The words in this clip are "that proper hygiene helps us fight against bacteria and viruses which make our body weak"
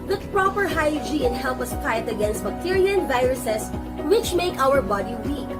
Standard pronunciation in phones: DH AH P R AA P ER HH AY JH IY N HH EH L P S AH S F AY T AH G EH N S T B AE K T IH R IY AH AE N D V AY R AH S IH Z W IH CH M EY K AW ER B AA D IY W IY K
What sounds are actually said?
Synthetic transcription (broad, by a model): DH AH P R AA P ER HH AY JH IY N HH EH L P AH S P AY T AH G EH N S T B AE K T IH R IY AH N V AY R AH S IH S W IH CH M EY K AW ER B AA D IY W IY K